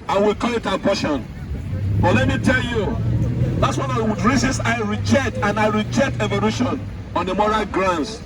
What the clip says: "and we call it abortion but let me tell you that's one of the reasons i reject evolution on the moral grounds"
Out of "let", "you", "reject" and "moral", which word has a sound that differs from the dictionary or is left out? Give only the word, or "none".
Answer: none